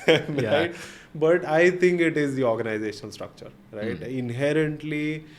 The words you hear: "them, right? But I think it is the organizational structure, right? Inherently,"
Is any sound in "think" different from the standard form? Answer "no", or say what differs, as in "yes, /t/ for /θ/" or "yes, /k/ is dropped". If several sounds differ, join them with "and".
yes, /t/ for /θ/